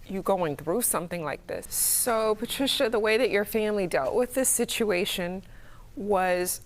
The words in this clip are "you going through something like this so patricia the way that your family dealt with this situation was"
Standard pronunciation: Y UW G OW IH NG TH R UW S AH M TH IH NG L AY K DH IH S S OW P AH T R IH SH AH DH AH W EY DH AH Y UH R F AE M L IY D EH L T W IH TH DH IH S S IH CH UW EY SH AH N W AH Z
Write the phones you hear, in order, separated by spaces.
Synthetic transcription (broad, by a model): Y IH G OW IH NG TH R UW S AH M TH IH NG L AY K DH IH S S OW P AH T R IH SH AH DH AH W EY DH AH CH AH R F AE M L IY D EH L T W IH DH IH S S IH CH UW EY SH AH N W AH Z